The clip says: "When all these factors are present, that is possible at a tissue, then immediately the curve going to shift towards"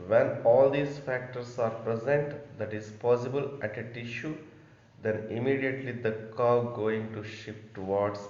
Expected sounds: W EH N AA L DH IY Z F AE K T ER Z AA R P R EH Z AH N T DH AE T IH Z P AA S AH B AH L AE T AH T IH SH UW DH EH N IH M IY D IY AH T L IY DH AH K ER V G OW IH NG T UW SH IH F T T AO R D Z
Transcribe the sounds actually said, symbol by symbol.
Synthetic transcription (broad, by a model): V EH N AA L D IY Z F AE K T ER S AA R P R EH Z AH N T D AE T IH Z P AA S AH B AH L AE T AH T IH SH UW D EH N IH M IY D IY AH T L IY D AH K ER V G OW IH NG T UW SH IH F T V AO R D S